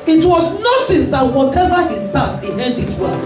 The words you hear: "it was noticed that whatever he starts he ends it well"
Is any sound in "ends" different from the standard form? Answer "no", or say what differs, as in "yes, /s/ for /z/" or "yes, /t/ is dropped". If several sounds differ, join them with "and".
yes, /z/ is dropped